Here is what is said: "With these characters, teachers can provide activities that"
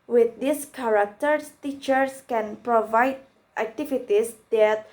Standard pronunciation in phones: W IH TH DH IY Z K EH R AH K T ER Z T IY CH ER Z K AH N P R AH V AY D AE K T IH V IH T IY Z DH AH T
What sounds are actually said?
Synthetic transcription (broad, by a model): W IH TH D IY S K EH R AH K T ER S T IY CH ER S K AH N P R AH V AY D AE K T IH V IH T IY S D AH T